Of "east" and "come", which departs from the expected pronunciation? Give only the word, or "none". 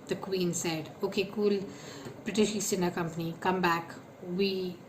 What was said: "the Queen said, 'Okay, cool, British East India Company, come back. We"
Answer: east